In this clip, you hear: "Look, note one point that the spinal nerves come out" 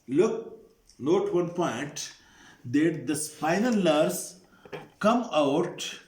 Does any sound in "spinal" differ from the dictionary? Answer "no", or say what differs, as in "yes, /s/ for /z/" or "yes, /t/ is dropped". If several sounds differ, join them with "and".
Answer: yes, /f/ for /p/